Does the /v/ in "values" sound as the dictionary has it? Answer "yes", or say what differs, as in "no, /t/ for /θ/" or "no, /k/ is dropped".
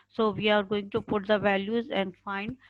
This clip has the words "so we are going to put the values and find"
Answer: yes